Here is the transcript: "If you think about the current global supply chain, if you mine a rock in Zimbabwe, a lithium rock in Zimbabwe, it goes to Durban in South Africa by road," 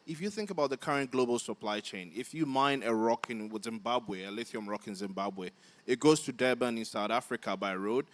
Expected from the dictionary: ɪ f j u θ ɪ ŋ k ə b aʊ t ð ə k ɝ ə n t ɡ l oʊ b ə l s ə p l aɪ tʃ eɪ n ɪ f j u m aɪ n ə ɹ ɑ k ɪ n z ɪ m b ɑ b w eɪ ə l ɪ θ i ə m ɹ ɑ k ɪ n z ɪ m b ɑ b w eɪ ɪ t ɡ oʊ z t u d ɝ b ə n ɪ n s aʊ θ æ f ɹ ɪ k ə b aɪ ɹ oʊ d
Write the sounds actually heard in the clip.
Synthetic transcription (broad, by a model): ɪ f j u θ ɪ ŋ k ə b aʊ t ð ə k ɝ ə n ɡ l oʊ b ə l s ə p l aɪ tʃ eɪ n ɪ f j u m aɪ n ə ɹ ɑ k ɪ n z ɪ m b ɑ b w eɪ ə l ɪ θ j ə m ɹ ɑ k ɪ n z ɪ m b ɑ b w eɪ ɪ t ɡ oʊ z t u d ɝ b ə n ɪ n s aʊ θ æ f ɹ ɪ k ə b aɪ ɹ oʊ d